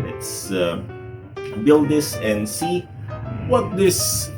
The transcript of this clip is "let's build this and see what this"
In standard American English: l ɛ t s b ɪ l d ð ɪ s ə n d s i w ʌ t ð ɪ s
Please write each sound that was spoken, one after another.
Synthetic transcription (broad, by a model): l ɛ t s b ɪ l d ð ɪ s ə n s i w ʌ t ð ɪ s